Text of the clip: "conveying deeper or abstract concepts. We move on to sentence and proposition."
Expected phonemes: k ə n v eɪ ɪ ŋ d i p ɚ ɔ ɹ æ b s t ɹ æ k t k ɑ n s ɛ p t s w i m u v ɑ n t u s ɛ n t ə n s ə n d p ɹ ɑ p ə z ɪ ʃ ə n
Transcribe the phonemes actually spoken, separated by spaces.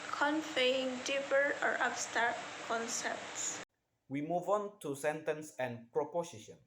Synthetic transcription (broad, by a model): k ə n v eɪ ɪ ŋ d i p ɚ ɔ ɹ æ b s t ɑ t k ɑ n s ɛ p t s w i m u v ɑ n t u s ɛ n t ə n s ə n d p ɹ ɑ p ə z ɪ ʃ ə n